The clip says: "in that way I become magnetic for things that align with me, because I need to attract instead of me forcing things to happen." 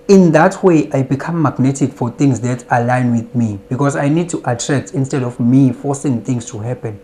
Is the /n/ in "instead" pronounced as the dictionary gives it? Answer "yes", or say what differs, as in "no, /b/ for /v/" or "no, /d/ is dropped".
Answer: yes